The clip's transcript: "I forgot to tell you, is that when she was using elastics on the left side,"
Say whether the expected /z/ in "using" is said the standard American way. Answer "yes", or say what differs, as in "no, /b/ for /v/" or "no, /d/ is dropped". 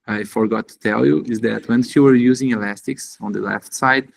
yes